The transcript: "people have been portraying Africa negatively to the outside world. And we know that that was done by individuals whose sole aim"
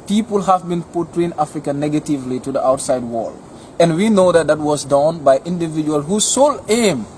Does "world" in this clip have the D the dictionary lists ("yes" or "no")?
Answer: no